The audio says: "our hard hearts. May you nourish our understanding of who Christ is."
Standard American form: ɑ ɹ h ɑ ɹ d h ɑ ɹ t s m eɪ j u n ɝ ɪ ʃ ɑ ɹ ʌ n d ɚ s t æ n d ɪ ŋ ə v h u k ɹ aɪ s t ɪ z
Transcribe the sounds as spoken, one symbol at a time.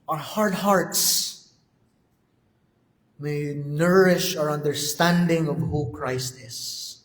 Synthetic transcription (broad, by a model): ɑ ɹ h ɑ ɹ d h ɑ ɹ t s m eɪ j n ɝ ɪ ʃ ɑ ɹ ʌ n d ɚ s t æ n d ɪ ŋ ə v h u k ɹ aɪ s t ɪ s